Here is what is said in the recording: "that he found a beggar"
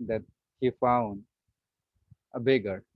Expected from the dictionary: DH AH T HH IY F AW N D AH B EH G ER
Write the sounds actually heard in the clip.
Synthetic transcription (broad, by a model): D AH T HH IY F AW N D AH B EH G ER